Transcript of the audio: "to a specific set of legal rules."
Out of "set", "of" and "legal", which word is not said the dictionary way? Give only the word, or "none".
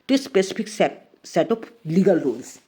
of